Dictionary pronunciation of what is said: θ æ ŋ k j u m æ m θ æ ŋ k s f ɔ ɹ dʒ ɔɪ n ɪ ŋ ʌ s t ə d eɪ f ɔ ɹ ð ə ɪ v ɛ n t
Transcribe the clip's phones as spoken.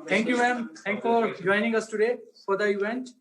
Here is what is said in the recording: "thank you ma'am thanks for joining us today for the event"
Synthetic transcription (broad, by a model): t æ ŋ k j u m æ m t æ ŋ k f ɔ ɹ dʒ ɔɪ n ɪ ŋ ʌ s t ə d eɪ f ɔ ɹ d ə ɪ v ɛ n t